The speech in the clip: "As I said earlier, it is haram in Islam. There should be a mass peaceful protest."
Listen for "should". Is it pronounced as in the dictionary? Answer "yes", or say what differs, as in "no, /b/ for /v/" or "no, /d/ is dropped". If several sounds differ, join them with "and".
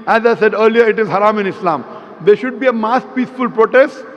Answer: yes